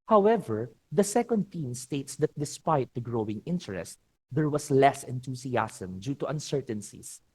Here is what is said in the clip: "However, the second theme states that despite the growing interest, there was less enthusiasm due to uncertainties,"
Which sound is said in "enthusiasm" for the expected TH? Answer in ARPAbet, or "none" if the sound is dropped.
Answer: T